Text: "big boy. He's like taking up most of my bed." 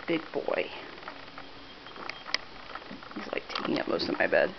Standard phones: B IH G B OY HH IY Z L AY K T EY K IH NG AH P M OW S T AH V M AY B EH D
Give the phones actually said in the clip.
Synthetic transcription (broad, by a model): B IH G B OY HH IY Z L AY K T EY K IH NG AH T M OW S T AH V M AY B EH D